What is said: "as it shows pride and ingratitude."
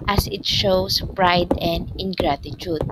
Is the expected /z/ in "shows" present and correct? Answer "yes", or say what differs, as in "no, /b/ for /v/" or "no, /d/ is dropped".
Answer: no, /s/ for /z/